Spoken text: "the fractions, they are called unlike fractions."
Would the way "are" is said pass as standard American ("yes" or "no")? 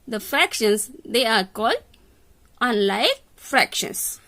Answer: yes